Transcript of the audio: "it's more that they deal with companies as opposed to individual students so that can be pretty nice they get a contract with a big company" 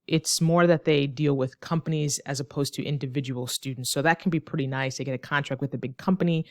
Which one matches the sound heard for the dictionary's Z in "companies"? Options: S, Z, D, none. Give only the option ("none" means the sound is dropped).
Z